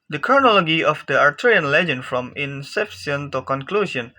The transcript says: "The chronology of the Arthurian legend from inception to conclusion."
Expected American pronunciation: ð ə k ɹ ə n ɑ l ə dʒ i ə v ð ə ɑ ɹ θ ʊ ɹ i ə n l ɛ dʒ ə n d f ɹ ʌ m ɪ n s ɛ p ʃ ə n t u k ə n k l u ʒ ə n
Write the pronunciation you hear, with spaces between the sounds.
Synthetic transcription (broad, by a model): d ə k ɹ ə n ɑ l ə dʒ i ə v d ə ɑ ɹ t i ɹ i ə n l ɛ dʒ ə n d f ɹ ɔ m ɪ n s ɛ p s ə n t u k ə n k l u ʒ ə n